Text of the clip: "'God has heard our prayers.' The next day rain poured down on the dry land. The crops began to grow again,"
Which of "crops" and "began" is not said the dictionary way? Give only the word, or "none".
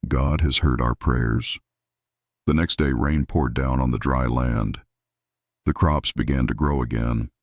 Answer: none